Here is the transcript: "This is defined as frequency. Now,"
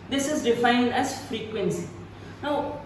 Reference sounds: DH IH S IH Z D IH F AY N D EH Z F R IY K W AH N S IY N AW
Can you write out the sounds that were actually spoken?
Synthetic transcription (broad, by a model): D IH S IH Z D IH F AY N D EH S F R IY K W AH N S IY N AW